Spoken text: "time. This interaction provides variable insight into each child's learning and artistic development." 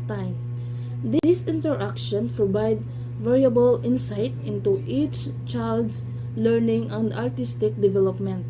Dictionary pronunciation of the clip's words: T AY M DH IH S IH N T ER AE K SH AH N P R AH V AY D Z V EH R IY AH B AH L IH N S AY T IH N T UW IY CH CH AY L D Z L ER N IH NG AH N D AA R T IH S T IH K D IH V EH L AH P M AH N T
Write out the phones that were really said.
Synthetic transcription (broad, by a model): T AY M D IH S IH N T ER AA K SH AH N P R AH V AY D V EH R IY AH B AH L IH N S AY T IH N T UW IY CH CH AY L D S L ER N IH NG AH N D AA R T IH S T IH K D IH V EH L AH P M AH N T